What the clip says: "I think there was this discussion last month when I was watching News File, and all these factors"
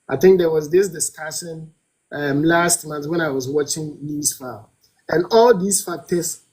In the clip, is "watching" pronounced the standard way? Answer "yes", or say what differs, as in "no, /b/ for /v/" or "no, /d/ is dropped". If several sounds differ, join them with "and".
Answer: yes